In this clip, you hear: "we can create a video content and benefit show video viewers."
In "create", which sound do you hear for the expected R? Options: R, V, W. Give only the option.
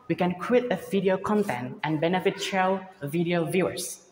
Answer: W